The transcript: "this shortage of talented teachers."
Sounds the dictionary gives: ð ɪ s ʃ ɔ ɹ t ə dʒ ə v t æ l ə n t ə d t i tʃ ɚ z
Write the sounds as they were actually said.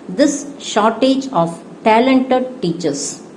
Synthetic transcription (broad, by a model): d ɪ s ʃ ɔ ɹ t ə dʒ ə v t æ l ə n t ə d t i tʃ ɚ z